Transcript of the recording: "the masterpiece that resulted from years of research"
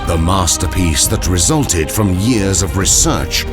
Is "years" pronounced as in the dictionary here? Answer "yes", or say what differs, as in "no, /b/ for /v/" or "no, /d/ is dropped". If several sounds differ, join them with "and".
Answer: yes